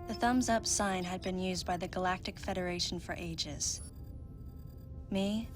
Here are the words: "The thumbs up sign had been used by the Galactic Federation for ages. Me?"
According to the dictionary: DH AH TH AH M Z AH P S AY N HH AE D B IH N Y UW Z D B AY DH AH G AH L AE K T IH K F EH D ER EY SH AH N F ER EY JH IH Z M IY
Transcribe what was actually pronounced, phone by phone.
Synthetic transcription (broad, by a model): DH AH TH AH M Z AH P S AY N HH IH D B IH N Y UW Z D B AY DH AH G AH L AE K T IH K F EH D ER EY SH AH N F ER EY JH IH Z M IY